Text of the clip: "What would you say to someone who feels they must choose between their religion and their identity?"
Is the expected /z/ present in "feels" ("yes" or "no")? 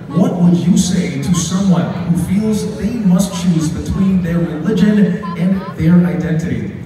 yes